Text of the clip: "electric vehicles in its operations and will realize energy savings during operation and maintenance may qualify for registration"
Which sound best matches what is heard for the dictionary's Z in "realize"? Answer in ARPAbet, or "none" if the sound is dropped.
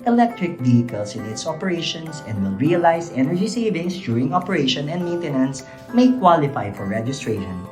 S